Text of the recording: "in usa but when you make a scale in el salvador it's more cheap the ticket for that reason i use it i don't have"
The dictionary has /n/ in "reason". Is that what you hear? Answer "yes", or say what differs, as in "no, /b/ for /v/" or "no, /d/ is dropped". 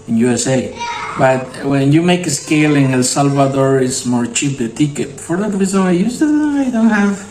no, /n/ is dropped